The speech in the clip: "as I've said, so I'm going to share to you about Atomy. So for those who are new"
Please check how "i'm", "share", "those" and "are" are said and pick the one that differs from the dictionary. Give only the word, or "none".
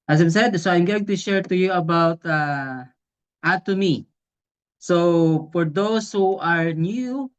those